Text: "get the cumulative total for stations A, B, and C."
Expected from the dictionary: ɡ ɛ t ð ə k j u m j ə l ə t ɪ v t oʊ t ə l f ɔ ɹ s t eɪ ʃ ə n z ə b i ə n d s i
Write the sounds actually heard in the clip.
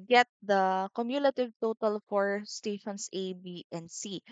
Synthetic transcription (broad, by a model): ɡ ɛ t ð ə k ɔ m j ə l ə t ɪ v t oʊ t ə l f ɔ ɹ s t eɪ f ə n s ə b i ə n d s i